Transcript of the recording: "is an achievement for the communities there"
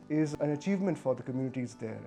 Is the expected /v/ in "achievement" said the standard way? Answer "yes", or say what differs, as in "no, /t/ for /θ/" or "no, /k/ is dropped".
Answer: yes